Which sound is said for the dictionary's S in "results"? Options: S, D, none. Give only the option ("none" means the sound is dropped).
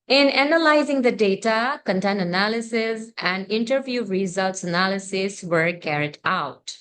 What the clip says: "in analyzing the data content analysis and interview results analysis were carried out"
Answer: S